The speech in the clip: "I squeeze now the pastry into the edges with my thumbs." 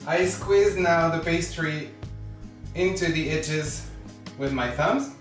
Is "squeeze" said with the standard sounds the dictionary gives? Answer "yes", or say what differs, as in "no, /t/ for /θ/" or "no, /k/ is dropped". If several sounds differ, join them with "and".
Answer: yes